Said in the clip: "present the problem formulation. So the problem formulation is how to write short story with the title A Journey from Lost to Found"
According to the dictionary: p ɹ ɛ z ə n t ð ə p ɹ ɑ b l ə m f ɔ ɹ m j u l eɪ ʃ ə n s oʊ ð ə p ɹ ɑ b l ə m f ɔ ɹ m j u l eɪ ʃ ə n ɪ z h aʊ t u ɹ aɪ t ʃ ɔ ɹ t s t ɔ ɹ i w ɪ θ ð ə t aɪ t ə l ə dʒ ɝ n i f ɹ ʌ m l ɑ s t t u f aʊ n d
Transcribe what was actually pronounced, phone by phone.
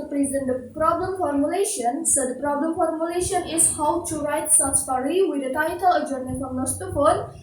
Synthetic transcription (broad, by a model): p ɹ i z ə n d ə p ɹ ɑ b l ə m f ɔ ɹ m j u l eɪ ʃ ə n s oʊ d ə p ɹ ɑ b l ə m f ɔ ɹ m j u l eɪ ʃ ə n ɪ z h aʊ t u ɹ aɪ t s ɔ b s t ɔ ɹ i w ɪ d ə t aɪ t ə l ə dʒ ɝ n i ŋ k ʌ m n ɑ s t t u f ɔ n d